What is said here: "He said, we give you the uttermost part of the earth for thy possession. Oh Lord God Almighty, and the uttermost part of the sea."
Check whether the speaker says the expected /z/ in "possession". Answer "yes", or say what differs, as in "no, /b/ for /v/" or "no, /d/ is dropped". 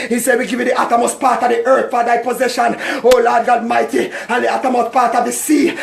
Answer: yes